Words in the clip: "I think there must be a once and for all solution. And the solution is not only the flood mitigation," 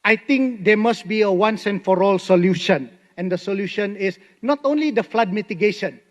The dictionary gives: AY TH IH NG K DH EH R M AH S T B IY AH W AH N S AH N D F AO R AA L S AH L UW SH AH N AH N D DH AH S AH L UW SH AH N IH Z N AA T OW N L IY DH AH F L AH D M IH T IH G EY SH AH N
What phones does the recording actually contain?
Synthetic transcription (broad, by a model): AY T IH NG K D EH M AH S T B IY AH W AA N S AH N F AO R AA L S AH L UW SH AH N AH N D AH S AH L UW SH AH N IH S N AA T OW N L IY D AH F L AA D M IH T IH G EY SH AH N